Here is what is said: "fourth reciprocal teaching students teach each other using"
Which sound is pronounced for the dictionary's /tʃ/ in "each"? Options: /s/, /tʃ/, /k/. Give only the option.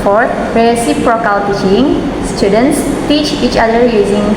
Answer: /tʃ/